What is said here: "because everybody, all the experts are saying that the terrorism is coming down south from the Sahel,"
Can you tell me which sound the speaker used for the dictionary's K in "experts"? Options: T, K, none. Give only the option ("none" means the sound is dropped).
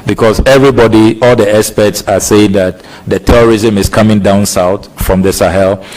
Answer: none